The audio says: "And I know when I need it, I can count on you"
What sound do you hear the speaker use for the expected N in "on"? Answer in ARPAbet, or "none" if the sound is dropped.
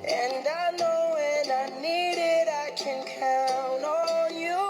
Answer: L